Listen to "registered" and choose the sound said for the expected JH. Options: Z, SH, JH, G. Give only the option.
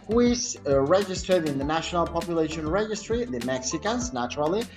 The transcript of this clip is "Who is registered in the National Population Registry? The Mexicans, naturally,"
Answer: JH